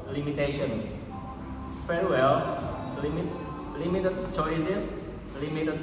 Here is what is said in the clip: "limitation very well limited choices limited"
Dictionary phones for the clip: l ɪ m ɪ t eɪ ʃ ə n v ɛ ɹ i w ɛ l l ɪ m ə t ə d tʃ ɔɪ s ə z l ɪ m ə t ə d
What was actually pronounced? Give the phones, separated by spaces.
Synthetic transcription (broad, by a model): l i m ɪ t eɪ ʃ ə n f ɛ ɹ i w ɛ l l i m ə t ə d tʃ ɔɪ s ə s l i m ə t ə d